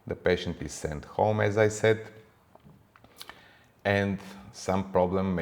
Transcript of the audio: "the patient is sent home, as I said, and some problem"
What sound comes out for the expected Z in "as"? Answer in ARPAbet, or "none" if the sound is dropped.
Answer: Z